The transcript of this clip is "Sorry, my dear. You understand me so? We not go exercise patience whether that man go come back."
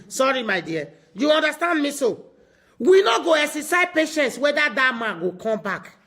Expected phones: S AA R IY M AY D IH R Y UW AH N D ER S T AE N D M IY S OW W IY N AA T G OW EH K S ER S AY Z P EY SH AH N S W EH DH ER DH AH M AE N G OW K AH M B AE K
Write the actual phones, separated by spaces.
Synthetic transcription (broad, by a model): S AA R IY M AY D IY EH Y UW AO N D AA S T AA N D M IY S OW W IY N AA G OW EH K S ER S AY P EY SH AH N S W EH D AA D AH M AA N G OW K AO M B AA K